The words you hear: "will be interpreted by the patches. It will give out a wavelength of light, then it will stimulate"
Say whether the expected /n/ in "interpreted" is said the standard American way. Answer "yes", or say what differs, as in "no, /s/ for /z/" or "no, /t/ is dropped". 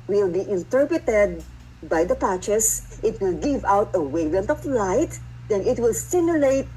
yes